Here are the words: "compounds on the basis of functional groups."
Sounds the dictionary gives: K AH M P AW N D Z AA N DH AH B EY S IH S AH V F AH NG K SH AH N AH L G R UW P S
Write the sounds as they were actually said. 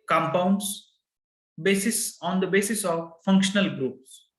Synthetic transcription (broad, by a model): K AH M P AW N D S AA N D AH B EY S IH S AH V F AH NG K SH AH N AH L G R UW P S